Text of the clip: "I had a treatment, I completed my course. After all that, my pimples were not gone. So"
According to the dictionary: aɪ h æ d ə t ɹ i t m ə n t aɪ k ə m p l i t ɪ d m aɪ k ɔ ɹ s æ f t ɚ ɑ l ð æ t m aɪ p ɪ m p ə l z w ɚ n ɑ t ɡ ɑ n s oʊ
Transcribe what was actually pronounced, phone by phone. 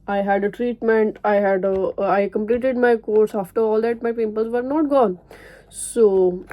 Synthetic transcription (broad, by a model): aɪ h æ d ə t ɹ i t m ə n t aɪ k ə m p l i t ɪ d m aɪ k ɔ ɹ s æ f t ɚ ɑ l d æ t m aɪ p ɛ p ə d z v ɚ n ɑ t ɡ ɑ n s oʊ